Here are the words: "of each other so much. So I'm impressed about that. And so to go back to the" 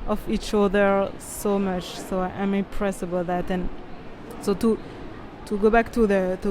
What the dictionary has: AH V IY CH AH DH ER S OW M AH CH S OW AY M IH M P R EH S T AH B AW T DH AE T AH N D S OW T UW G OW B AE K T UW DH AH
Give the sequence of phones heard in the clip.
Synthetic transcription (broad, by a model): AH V IY CH AH DH ER S OW M AH CH S OW AY M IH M P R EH S AH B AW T DH AE T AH N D S OW T UW G OW B AE K T UW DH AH